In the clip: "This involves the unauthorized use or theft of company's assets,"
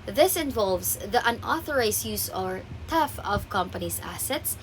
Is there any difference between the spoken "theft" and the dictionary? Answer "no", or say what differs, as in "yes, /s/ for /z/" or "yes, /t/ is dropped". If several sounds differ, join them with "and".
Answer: yes, /t/ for /θ/ and /t/ is dropped